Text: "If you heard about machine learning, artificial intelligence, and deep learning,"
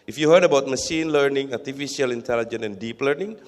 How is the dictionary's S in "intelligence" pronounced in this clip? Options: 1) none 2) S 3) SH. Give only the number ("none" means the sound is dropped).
1